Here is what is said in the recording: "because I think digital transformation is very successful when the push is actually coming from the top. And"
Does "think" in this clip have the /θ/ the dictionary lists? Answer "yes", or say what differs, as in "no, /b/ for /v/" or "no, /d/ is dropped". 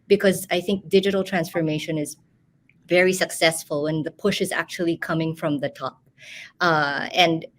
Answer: yes